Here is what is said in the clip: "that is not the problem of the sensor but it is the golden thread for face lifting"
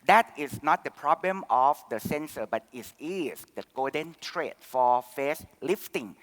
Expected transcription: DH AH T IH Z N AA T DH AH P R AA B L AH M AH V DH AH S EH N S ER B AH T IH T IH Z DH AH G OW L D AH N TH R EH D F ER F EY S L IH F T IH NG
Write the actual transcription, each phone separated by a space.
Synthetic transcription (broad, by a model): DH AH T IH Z N AA T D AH P R AA B L AH M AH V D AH S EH N S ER B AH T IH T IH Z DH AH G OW D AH N T R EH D F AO F EY S L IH F T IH NG